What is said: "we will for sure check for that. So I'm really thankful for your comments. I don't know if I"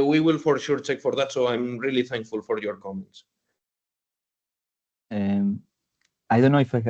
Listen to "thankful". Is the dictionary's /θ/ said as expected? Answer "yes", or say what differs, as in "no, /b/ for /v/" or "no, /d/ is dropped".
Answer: yes